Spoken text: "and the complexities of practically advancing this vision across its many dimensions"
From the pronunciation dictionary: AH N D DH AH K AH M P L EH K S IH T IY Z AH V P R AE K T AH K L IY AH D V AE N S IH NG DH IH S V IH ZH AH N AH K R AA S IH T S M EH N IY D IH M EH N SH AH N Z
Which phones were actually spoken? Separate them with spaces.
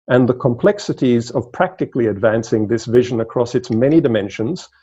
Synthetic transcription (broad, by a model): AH N DH AH K AH M P L EH K S IH T IY Z AH V P R AE K T AH K L IY AH D V AE N S IH NG DH IH S V IH ZH AH N AH K R AA S IH T S M EH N IY D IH M EH N SH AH N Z